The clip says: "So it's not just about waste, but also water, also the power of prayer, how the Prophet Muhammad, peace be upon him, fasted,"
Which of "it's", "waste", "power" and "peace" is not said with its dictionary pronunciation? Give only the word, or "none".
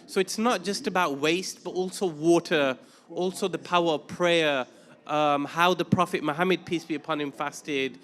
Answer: none